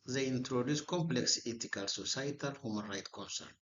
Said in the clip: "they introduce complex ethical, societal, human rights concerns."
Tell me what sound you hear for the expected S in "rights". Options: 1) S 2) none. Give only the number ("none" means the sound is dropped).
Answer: 2